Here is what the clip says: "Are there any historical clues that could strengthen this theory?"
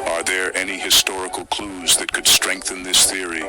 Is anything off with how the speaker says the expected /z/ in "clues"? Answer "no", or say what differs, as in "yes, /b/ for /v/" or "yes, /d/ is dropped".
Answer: no